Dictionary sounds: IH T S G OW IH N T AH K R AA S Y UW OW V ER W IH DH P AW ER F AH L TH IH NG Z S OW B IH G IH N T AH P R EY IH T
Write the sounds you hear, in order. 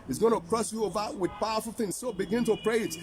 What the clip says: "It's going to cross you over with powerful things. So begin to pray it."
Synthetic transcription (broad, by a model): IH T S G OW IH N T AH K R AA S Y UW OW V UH W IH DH P AW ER F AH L TH IH NG Z S OW B IH G IH N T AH P R EY IH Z